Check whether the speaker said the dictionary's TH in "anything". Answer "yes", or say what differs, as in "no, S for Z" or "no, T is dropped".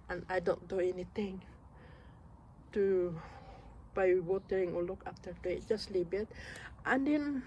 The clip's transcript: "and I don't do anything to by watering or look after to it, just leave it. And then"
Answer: no, T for TH